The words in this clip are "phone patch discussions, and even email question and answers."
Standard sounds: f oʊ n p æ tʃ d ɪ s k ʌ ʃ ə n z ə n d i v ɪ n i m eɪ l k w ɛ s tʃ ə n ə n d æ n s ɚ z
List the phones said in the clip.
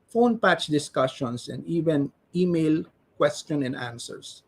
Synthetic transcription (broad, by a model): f oʊ n p æ tʃ d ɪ s k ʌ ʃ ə n s ə n d i v ɪ n i m eɪ l k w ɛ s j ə n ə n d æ n s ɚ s